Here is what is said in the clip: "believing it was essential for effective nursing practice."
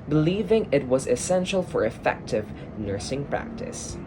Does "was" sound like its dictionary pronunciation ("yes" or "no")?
yes